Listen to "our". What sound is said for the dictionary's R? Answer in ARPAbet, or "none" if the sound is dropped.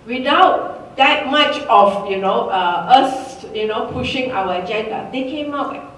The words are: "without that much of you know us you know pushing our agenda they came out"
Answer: W